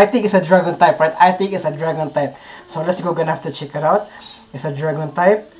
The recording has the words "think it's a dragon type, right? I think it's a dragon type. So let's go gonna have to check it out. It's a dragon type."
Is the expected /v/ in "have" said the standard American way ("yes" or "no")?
no